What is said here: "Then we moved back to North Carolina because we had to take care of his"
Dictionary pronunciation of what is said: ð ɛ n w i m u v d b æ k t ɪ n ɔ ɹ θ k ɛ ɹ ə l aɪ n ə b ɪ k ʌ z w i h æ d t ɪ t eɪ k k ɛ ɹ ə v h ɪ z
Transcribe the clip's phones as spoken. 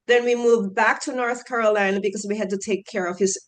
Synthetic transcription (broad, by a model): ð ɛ n w i m u v b æ k t ɪ n ɔ ɹ θ k ɛ ɹ ə l aɪ n ə b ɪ k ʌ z w i h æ d t ɪ t eɪ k k ɛ ɹ ə v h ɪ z